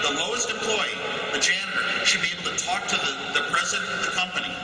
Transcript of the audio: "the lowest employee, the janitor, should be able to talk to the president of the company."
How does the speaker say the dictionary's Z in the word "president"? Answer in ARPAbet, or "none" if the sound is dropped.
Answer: Z